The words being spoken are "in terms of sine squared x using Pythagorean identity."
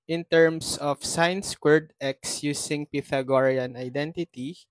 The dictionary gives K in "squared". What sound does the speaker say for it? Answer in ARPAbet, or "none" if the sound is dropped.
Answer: K